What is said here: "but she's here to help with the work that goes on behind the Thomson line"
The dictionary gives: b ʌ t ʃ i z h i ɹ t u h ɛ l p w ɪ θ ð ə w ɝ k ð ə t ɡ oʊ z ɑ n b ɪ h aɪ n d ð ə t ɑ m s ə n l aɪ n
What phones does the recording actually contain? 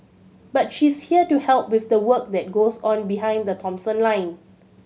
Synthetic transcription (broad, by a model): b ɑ t ʃ i s h i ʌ t u h ɛ l p w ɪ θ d ə w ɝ k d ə t ɡ oʊ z ɑ n b ɪ h aɪ n d ə t ɑ m s ə n l aɪ n